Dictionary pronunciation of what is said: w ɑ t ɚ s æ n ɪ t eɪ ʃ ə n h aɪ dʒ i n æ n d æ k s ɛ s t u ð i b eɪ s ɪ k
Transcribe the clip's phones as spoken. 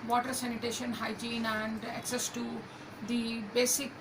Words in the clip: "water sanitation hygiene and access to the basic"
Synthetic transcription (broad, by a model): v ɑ t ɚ s æ n ɪ t eɪ ʃ ə n h aɪ dʒ i n æ n d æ k s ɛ s t u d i b eɪ s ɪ k